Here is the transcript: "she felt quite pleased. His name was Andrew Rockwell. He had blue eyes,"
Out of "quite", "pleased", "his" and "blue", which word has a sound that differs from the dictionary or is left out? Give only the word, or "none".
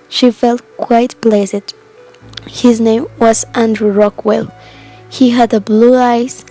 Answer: pleased